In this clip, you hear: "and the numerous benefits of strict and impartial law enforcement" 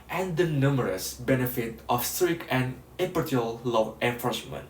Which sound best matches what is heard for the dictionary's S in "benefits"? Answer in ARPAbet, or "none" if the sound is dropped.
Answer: none